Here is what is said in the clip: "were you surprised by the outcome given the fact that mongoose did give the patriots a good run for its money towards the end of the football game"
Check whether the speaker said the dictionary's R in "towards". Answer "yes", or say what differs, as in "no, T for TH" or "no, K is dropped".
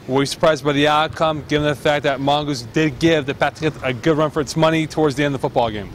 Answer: yes